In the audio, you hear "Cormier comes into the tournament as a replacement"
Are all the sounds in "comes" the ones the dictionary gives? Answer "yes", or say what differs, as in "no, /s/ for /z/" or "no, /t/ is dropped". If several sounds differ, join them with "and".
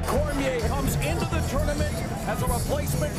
yes